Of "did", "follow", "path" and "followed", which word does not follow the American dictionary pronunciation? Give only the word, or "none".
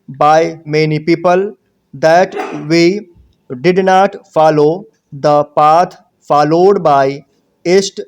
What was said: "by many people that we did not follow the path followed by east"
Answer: path